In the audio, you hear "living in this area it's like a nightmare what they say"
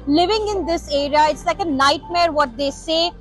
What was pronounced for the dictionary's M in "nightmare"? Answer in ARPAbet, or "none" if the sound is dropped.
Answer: M